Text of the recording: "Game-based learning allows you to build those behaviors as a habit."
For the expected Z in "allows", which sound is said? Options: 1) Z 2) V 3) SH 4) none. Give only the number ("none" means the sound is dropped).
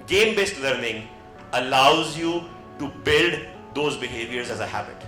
1